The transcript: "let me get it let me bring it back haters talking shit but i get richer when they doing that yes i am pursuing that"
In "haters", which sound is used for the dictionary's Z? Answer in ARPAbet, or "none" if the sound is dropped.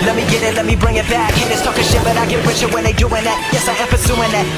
S